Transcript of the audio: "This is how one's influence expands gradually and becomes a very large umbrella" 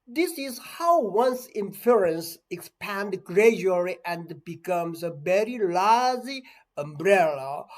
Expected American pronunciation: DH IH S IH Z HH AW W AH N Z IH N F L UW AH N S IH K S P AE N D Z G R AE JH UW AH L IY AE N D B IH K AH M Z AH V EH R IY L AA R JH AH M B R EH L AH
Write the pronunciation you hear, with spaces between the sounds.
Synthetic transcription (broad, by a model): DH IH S IH Z HH AW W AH N S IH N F UW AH N S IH K S P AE N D G R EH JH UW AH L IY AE N D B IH K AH M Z AH V EH R IY L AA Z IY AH M B R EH L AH